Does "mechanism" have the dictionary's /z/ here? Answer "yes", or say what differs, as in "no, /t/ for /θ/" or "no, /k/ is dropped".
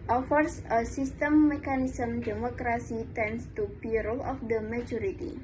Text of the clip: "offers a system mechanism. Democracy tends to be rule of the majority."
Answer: no, /s/ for /z/